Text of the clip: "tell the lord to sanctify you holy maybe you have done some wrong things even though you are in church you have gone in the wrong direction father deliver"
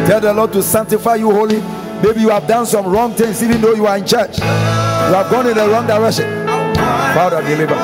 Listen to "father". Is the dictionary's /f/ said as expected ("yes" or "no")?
no